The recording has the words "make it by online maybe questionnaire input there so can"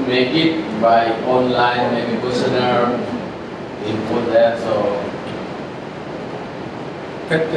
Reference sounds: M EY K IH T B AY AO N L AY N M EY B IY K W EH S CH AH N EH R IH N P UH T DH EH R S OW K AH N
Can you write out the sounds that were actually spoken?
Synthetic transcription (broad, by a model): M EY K IH T B AY AO N L AY N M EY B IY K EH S AH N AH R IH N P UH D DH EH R S OW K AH